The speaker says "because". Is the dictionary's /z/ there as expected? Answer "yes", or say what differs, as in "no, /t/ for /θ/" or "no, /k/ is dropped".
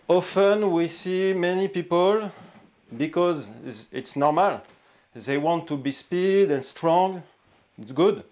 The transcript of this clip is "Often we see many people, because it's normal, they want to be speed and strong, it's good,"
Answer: yes